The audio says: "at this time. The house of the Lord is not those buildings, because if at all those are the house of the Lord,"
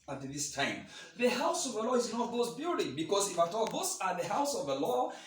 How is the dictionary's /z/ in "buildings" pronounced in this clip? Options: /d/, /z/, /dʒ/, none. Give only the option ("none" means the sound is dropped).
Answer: none